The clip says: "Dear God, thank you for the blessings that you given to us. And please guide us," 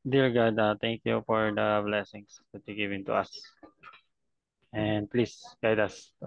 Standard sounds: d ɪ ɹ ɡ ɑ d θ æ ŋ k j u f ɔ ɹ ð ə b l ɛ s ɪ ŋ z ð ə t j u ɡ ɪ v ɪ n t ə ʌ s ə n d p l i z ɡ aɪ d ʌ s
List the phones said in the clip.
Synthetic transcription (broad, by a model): d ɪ ɹ ɡ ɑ d t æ ŋ k j u f ɔ ɹ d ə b l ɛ s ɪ ŋ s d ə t j u ɡ ɪ v ɪ n t ə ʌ s ə n d p l i s ɡ aɪ d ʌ s